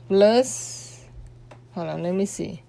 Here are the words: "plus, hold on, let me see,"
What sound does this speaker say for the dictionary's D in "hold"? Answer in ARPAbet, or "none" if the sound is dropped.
none